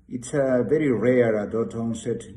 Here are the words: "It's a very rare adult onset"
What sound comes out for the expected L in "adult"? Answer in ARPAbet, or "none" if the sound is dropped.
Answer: none